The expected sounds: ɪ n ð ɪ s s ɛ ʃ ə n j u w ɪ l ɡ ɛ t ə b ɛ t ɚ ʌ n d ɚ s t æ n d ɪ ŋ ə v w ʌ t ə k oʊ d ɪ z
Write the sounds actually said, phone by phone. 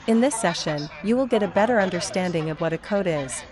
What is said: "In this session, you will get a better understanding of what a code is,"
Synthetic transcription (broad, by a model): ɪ n ð ɪ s s ɛ ʃ ə n j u w ɪ l ɡ ɛ t ə b ɛ t ɚ ʌ n d ɚ s t æ n d ɪ ŋ ə v w ʌ t ə k oʊ d ɪ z